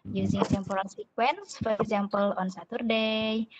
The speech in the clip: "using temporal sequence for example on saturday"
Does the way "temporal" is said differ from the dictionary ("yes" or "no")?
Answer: yes